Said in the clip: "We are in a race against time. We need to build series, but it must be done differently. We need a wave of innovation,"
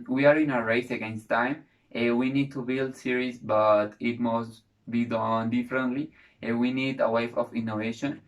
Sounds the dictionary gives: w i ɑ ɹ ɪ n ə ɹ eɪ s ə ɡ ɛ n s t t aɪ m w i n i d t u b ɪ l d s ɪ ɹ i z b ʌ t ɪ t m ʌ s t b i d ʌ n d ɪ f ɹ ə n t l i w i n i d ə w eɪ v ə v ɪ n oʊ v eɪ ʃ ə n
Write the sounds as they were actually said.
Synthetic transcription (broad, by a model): w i ɑ ɹ ɪ n ə ɹ eɪ s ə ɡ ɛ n s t t aɪ m w i n i d t u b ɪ l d s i ɹ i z b ʌ t ɪ t m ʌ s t b i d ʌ n d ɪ f ɹ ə n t l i w i n i d ə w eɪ f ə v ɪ n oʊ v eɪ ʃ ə n